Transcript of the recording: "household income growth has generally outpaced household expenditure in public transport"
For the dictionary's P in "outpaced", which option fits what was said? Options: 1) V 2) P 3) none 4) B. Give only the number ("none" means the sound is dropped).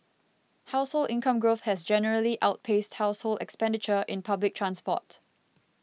2